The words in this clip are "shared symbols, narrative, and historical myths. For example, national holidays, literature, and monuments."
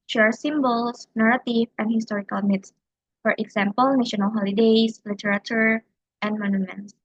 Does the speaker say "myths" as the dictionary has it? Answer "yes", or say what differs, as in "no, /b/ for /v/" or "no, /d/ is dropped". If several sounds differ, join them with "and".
no, /t/ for /θ/